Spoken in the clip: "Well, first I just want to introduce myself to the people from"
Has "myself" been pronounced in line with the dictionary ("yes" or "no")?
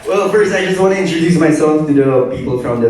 no